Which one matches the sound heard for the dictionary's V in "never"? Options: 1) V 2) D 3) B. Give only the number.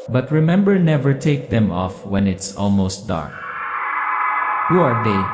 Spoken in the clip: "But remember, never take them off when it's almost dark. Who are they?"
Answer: 1